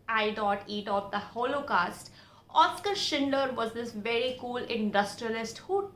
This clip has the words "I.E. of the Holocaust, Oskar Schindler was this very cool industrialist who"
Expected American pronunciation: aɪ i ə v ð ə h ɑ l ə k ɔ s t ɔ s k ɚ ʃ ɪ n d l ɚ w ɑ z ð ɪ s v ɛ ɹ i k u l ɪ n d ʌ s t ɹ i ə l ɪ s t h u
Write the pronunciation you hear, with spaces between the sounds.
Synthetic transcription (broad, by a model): aɪ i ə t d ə h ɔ l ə k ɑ s t ɔ s k ɚ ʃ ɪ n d ɚ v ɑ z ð ɪ s v ɛ ɹ i k u l ɪ n d ʌ s t ɹ i ə l ɪ s t h u